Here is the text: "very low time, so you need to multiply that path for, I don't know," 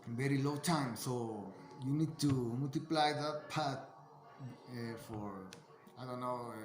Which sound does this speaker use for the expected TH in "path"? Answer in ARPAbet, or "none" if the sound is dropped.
T